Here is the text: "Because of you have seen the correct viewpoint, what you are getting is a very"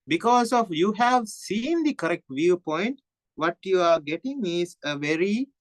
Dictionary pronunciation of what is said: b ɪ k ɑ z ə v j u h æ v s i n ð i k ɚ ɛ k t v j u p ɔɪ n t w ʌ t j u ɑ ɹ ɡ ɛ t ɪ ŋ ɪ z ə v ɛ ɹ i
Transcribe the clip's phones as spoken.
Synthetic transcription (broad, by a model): b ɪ k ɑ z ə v j u h æ v s i n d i k ɚ ɛ k t v j u p ɔɪ n t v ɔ t j u ɑ ɹ ɡ ɛ t ɪ ŋ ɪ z ə v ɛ ɹ i